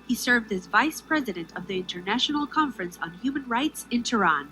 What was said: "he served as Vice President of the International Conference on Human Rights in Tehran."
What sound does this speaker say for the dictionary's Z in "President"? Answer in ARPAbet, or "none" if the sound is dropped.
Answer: Z